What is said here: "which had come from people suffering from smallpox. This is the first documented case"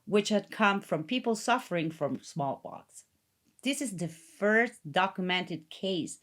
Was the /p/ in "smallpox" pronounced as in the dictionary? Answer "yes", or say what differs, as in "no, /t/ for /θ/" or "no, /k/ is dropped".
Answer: no, /b/ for /p/